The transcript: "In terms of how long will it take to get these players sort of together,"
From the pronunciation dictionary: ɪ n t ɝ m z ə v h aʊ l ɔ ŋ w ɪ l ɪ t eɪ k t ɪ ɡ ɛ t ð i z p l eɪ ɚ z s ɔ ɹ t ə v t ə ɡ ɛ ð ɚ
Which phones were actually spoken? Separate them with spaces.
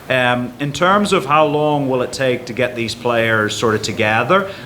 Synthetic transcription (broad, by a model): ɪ n t ɝ m z ə v h aʊ l ɔ ŋ w ɪ l ɪ t eɪ k t ɪ ɡ ɛ t ð i z p l eɪ ɚ z s ɔ ɹ t ə v t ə ɡ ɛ ð ɚ